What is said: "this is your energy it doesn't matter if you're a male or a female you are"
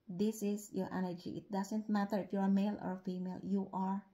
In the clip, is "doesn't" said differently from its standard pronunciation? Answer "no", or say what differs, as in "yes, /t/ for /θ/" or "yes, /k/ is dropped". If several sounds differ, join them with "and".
yes, /s/ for /z/